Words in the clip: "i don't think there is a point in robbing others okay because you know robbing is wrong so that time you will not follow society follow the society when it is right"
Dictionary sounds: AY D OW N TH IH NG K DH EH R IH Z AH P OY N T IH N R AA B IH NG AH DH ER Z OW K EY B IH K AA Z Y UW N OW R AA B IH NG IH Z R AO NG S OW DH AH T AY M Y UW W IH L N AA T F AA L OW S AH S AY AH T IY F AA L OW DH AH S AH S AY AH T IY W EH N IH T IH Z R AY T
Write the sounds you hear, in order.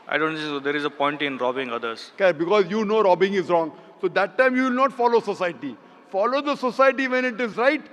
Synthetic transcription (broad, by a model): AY D OW N S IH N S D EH R IH Z AH P OY N T IH N R AA B IH NG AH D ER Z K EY B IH K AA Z Y UW N OW R AA B IH NG IH Z R AO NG S OW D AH T AY M Y UW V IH L N AA T F AA L OW S AH S AY AH T IY F AA L OW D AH S AH S AY AH T IY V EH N IH T IH Z R AY T